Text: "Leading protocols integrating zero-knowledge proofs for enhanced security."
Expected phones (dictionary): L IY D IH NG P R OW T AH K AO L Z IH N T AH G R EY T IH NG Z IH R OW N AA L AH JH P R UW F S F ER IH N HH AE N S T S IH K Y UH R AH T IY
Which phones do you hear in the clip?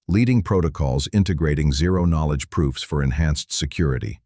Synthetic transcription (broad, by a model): L IY D IH NG P R OW T AH K AO L Z IH N T AH G R EY T IH NG Z IH R OW N AA L AH JH P R UW F S F ER IH N HH AE N S T S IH K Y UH R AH T IY